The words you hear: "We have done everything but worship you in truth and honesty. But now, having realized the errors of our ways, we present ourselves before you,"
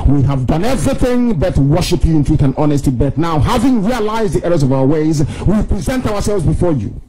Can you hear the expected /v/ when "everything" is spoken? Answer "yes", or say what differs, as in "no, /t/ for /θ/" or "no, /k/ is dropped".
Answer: yes